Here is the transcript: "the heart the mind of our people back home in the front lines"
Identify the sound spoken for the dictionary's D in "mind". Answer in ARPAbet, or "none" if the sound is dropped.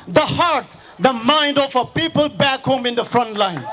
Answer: D